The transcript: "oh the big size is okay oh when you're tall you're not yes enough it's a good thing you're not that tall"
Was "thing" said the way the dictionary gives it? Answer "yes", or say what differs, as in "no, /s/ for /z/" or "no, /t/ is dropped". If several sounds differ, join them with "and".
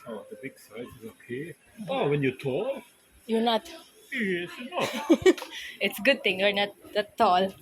no, /t/ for /θ/